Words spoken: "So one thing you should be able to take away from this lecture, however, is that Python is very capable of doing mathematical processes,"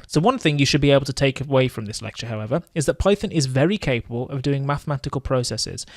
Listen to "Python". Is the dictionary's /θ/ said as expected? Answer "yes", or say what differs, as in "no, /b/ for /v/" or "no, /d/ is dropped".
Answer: yes